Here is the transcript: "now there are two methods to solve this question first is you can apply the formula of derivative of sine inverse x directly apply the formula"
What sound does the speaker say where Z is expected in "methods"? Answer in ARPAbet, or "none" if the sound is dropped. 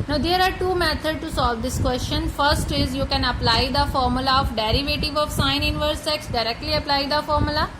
none